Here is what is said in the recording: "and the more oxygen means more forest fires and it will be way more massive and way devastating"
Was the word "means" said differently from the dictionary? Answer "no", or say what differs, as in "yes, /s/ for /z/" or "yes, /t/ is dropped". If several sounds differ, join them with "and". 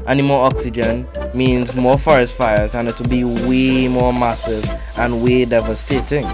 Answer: no